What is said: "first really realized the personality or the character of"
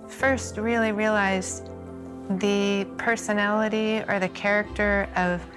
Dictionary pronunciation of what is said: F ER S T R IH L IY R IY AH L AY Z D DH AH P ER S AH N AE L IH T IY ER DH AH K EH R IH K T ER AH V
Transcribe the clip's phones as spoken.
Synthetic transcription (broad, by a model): F ER S T R IH L IY R IY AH L AY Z DH AH P ER S AH N AE L IH T IY ER DH AH K EH R IH K T ER AH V